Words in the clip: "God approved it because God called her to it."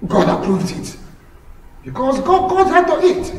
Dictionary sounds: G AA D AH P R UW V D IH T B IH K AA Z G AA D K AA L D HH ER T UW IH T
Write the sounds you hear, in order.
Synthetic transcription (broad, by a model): G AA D AH P R UW V D IH T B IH K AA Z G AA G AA D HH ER T UW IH T